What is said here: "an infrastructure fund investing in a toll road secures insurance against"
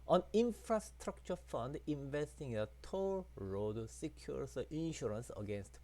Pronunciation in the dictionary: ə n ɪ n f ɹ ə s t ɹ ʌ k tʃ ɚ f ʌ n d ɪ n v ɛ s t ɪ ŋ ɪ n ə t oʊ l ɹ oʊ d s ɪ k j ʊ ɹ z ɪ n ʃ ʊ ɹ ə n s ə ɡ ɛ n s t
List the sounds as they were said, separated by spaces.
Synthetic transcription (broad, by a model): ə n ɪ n f ɹ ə s t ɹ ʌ k tʃ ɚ f ʌ n d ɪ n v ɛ s t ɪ ŋ ɪ n ə t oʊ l ɹ oʊ d s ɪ k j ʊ ɹ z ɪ n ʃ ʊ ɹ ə n s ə ɡ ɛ n s t